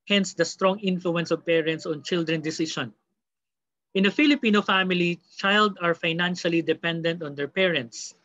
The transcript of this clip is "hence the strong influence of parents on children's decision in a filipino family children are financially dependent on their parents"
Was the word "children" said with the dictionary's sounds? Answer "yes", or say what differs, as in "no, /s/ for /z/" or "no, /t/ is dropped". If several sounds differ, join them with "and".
no, /ɹ/ is dropped